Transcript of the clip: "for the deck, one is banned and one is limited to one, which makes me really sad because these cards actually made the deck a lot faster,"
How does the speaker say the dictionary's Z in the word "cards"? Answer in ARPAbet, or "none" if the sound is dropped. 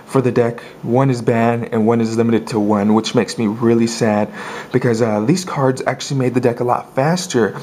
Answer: Z